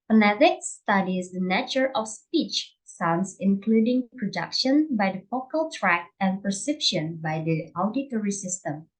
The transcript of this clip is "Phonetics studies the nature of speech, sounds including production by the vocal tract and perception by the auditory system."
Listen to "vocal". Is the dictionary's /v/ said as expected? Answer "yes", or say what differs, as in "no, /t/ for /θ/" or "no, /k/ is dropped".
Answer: no, /f/ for /v/